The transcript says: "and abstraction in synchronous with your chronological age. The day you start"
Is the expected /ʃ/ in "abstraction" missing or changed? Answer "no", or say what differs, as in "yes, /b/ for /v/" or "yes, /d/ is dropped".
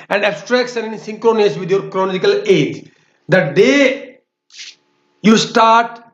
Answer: yes, /s/ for /ʃ/